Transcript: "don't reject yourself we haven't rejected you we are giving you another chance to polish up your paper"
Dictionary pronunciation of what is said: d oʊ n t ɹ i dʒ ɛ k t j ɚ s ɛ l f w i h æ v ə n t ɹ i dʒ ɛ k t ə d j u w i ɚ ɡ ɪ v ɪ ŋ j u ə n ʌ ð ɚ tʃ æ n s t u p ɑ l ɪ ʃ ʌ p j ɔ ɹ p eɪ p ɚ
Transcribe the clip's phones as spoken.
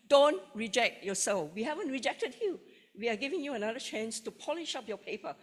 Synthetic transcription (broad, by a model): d oʊ n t ɹ i dʒ ɛ k t j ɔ s ɛ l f w i h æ v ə n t ɹ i dʒ ɛ k t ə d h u w i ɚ ɡ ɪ v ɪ ŋ j u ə n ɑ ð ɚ tʃ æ n s t u p ɑ l ɪ ʃ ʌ p j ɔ p eɪ p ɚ